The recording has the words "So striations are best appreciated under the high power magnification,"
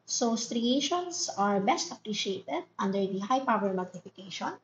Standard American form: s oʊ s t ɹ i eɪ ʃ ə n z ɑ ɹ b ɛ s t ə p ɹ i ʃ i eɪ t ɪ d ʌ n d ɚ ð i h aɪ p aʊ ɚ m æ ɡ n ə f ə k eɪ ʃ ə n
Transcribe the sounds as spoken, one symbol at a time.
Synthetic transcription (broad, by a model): s oʊ s t ɹ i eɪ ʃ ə n s ɑ ɹ b ɛ s t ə p ɹ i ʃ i eɪ t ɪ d ʌ n d ɚ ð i h aɪ p aʊ ɚ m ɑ ɡ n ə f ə k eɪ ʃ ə n